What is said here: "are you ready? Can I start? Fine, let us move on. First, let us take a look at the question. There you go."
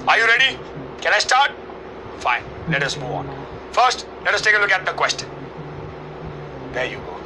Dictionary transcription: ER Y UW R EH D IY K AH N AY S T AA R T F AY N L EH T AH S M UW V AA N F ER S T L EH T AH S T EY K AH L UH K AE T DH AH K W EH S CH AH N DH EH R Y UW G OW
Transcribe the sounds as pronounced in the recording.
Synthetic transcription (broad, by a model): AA Y UW R EH D IY K AH N AY S T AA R T F AY N L EH T AH S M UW AA N F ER S T L EH T AH S T EY K AH L UH K AE T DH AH K W EH S CH AH N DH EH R Y UW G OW